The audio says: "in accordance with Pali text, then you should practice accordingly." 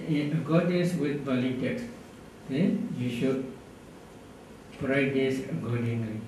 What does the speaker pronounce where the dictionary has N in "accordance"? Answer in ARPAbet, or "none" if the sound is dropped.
none